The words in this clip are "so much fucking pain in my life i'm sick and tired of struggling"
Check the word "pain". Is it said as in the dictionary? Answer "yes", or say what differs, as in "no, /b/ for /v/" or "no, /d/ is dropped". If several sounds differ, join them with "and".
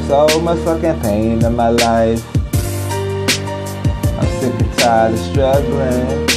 yes